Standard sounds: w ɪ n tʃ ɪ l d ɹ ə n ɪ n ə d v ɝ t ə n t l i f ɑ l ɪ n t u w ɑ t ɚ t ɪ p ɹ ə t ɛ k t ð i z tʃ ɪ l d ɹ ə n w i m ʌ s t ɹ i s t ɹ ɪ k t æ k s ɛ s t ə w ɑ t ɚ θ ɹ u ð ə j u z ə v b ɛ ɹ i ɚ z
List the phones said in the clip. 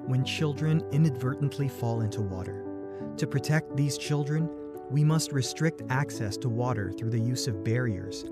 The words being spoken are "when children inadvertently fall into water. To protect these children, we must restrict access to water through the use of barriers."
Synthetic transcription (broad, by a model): w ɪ n tʃ ɪ l d ɹ ə n ɪ n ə d v ɝ t n t l i f ɑ l ɪ n t u w ɑ t ɚ t ɪ p ɹ ə t ɛ k t ð i z tʃ ɪ l d ɹ ə n w i m ʌ s t ɹ i s t ɹ ɪ k t æ k s ɛ s t ə w ɑ t ɚ θ ɹ u ð ə j u z ə v b ɛ ɹ i ɚ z